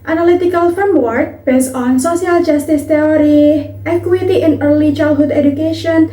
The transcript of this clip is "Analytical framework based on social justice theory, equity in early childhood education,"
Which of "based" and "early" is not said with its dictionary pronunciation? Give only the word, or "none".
based